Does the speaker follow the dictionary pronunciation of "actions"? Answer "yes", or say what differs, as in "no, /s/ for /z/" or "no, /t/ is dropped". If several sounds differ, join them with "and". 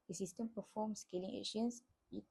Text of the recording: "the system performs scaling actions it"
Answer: no, /k/ is dropped and /s/ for /z/